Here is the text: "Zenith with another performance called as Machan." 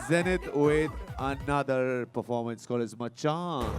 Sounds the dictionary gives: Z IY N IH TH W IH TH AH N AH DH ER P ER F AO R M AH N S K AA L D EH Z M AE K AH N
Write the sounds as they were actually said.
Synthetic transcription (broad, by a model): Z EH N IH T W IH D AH N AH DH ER P ER F AO R M AH N S K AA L EH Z M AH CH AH